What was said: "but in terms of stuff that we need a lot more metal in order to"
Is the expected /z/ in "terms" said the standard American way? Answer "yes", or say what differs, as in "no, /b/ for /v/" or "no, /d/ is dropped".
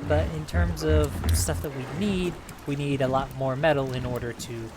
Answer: yes